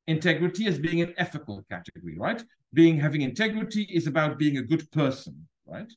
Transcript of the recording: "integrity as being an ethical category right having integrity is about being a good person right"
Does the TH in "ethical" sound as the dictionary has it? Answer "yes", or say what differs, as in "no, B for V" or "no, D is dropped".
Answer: no, F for TH